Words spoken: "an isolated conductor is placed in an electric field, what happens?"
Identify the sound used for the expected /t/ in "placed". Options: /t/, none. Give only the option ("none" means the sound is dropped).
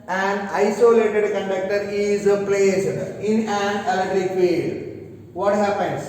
none